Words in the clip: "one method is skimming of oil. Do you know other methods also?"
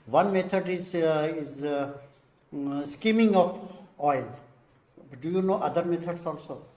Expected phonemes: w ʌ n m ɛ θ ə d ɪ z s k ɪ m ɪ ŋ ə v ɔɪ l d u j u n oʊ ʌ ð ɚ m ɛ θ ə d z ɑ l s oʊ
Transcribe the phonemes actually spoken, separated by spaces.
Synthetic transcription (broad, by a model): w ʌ n m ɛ t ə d ɪ z s k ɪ m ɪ ŋ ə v ɔɪ l d u j u n oʊ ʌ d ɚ m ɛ t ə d s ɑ l s oʊ